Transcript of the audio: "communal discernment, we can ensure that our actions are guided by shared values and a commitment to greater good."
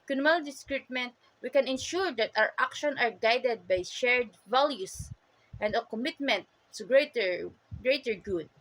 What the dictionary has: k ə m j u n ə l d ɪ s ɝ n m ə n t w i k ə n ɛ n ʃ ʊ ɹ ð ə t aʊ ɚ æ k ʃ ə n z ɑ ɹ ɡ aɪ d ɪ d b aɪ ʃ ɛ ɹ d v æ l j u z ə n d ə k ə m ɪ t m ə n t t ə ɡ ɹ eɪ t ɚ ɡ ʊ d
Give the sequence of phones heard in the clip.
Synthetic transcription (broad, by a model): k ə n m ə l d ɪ s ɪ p m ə n t w i k ə n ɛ n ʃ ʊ ɹ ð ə t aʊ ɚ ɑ k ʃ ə n ɑ ɹ ɡ aɪ d ɪ d b aɪ ʃ ɛ ɹ d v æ l j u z ə n d ə k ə m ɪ t m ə n t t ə ɡ ɹ eɪ t ɚ ɡ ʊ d